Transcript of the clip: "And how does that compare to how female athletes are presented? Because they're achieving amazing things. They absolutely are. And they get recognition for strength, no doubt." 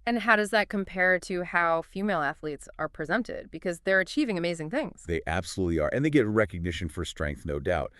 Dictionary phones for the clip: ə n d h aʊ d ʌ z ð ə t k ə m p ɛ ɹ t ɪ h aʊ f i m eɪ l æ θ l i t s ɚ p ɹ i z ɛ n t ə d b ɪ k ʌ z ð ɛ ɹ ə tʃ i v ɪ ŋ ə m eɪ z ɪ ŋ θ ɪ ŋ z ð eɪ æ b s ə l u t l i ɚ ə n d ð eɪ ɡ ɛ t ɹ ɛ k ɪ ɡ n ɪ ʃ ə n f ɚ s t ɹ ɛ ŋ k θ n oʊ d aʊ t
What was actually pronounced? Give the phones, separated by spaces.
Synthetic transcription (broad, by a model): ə n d h aʊ d ʌ z ð ə t k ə m p ɛ ɹ t ɪ h aʊ f i m eɪ l æ θ l i t s ɚ p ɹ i z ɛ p t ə d b ɪ k ʌ z ð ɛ ɹ ə tʃ i v ɪ ŋ ə m eɪ z ɪ ŋ θ ɪ ŋ z ð eɪ æ b s ə l u t l i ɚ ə n ð eɪ ɡ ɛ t ɹ ɛ k ɪ ɡ n ɪ ʃ ə n f ɚ s t ɹ ɛ ŋ k θ n oʊ d aʊ t